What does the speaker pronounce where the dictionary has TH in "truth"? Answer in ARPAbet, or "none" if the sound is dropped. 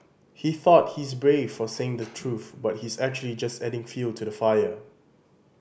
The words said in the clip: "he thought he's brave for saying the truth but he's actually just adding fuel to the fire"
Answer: TH